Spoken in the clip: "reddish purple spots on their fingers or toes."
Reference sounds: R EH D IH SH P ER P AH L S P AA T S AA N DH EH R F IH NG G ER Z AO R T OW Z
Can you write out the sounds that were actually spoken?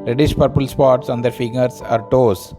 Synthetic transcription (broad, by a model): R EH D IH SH P ER P AH L S P AA T S AA N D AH R F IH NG G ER S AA R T OW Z